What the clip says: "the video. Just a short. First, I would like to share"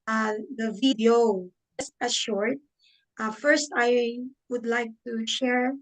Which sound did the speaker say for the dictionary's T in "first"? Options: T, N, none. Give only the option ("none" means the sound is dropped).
T